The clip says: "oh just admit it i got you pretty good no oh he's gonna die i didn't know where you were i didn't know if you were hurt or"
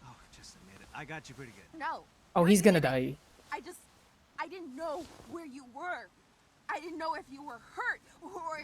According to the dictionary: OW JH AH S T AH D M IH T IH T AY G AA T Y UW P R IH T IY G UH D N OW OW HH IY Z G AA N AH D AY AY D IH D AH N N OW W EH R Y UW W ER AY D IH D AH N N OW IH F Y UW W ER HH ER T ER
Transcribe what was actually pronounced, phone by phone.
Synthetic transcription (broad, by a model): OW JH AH S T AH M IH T IH T AY G AA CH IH P R IH T IY G UH D N OW OW HH IY Z G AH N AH D AY AY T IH D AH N N OW W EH R Y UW W ER AY D IH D N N OW IH F Y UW W ER HH ER T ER